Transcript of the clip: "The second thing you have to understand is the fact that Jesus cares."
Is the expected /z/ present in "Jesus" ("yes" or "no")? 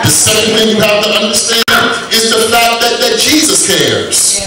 yes